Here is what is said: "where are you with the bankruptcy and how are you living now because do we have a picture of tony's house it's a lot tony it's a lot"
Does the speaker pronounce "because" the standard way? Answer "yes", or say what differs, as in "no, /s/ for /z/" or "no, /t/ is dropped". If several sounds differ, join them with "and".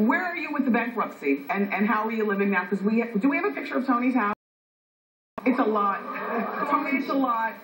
no, /z/ is dropped